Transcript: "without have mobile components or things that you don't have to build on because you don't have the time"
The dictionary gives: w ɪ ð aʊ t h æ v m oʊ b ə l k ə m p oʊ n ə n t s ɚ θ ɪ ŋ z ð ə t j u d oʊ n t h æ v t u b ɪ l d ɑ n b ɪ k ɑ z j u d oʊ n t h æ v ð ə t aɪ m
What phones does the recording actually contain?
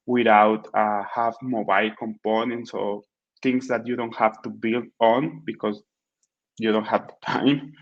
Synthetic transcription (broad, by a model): w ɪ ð aʊ t h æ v m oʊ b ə l k ə m p oʊ n ə n t s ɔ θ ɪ ŋ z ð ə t j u d oʊ n t h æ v t u b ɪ l d ɑ n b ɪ k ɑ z j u d oʊ n t h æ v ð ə t aɪ m